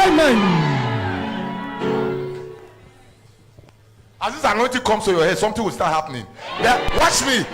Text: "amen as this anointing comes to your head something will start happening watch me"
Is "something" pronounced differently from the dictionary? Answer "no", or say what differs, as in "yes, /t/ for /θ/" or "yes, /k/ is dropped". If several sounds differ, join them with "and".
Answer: yes, /t/ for /θ/